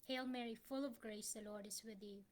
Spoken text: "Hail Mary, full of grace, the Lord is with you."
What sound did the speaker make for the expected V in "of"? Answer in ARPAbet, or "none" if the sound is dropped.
V